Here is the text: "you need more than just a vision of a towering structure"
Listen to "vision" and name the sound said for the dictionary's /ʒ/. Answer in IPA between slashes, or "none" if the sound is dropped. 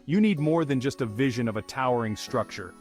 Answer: /ʒ/